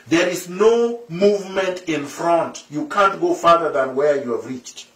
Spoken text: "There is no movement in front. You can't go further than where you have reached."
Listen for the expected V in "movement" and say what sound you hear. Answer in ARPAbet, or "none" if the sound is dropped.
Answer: V